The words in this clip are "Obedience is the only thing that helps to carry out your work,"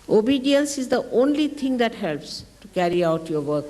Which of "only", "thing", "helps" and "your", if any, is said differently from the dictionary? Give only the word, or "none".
thing